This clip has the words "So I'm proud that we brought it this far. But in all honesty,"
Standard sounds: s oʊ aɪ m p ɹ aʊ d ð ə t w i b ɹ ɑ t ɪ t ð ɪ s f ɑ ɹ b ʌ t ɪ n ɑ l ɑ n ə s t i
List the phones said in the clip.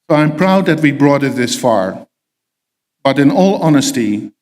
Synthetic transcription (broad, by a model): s oʊ aɪ m p ɹ aʊ d ð ə t w i b ɹ ɑ t ɪ t ð ɪ s f ɑ ɹ b ʌ t ɪ n ɑ l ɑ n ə s t i